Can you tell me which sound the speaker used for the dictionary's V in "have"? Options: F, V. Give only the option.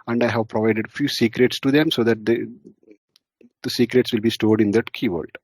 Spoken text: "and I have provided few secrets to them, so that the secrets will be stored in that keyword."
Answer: V